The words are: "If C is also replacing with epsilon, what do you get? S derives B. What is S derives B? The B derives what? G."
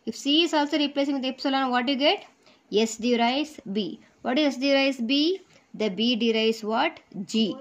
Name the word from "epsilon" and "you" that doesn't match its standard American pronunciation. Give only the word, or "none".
none